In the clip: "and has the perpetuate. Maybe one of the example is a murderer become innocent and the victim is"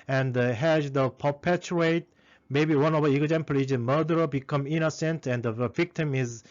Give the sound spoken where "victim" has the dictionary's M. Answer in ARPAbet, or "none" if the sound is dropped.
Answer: M